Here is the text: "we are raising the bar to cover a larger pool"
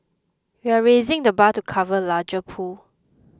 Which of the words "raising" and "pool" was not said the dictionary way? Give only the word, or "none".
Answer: none